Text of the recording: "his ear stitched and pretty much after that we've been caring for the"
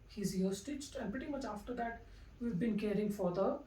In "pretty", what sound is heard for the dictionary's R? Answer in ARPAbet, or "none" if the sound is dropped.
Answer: R